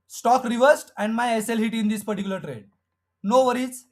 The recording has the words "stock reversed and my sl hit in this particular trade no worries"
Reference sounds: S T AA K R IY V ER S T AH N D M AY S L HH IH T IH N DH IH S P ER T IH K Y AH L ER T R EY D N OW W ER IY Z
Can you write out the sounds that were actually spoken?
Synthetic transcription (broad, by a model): S T AA K R IY V ER S T AH N D M AY S L HH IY T IH N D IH S P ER T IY K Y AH L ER T R EY D N OW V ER IY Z